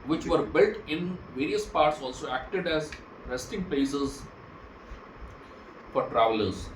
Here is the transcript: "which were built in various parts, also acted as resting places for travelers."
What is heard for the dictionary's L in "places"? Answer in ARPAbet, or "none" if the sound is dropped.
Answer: none